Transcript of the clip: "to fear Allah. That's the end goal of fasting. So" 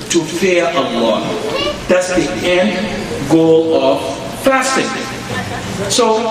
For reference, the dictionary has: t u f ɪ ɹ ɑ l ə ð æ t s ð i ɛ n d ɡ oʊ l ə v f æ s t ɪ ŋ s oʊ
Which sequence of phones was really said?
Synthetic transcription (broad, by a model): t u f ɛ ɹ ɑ w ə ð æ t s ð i ɛ n d ɡ oʊ l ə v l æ s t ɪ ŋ s oʊ